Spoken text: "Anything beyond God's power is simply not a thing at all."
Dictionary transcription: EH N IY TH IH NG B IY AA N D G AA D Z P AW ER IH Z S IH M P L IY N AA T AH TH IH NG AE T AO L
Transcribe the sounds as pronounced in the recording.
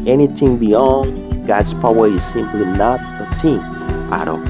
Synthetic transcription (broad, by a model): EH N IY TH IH NG B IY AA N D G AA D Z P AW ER IH Z S IH M P L IY N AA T AH T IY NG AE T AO